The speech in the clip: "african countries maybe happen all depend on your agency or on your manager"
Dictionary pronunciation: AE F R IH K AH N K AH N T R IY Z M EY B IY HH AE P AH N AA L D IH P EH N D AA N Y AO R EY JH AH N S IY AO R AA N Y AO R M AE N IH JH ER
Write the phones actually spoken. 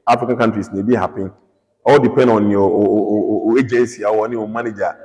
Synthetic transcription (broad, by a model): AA F R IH K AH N K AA N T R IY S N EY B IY HH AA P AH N AA L D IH P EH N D AA N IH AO EY JH AH N S IY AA W AA N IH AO M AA N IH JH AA